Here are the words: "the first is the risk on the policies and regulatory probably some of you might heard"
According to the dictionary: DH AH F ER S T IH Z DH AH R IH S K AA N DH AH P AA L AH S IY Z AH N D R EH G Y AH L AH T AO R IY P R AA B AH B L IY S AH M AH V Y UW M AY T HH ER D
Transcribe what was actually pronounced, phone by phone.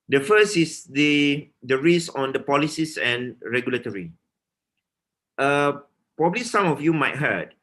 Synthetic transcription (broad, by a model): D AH F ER S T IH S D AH R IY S AA N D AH P AA L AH S IY S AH N R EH G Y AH L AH T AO R IY P R AA B AH B L IY S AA M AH F Y UW M AY T HH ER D